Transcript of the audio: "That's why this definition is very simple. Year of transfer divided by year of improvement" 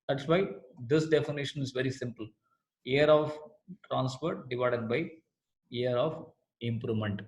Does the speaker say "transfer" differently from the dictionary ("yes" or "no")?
yes